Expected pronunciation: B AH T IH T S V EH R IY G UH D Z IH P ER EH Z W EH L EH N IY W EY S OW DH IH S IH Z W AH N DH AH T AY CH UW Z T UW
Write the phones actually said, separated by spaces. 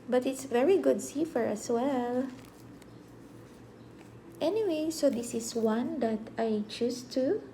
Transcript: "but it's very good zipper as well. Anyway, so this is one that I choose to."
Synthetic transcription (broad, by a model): B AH T IH T S V EH R IY G UH D S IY F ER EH S W EH L EH N IY W EY S OW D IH S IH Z W AH N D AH T AY CH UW S T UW